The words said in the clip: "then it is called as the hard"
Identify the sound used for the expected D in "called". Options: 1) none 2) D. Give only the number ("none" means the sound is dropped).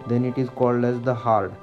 2